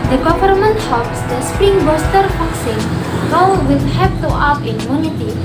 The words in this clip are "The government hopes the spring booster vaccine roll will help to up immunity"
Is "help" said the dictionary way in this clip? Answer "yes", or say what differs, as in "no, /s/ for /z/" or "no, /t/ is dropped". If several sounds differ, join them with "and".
no, /l/ is dropped